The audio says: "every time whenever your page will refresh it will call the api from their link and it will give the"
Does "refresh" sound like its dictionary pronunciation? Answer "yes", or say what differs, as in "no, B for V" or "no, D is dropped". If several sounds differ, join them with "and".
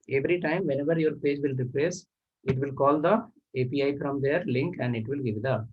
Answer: no, S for SH